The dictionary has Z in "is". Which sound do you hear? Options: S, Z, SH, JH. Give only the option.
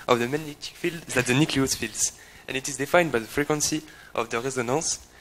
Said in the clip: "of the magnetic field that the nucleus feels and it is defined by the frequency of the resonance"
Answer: Z